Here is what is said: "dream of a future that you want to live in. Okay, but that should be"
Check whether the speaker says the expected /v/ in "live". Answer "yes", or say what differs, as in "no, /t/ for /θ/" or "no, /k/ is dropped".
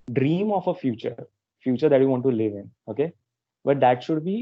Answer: yes